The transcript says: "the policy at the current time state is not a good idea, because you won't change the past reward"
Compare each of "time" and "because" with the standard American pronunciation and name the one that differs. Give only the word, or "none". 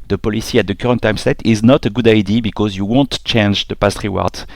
none